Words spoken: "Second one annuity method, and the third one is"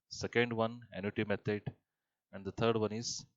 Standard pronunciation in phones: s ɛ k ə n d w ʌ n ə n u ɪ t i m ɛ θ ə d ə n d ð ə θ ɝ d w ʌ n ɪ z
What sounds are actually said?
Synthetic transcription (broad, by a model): s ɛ k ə n d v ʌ n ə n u t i m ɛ t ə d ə n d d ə t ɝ d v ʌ n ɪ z